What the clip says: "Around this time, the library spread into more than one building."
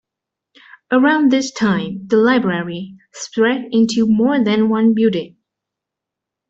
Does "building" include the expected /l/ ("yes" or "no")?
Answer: no